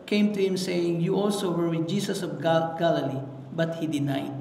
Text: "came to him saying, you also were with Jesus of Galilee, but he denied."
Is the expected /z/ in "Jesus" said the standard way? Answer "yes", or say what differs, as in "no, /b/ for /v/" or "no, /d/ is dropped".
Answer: no, /s/ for /z/